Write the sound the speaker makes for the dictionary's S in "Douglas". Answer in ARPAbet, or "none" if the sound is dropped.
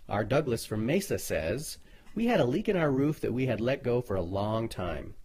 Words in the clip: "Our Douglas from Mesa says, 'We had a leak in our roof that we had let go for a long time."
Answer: S